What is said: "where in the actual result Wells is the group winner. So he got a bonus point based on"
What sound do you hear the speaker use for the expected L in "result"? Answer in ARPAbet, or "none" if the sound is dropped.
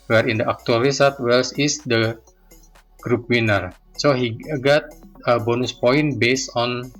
none